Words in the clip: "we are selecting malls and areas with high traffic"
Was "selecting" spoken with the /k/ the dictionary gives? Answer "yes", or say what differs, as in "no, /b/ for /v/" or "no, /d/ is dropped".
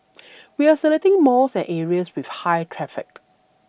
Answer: no, /k/ is dropped